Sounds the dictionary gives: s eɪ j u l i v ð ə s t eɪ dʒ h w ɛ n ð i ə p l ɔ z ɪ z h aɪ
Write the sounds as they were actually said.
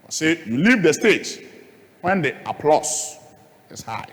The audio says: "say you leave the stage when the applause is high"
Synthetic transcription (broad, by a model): s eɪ j u l i v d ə s t eɪ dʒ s w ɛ n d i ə p l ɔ s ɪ s h aɪ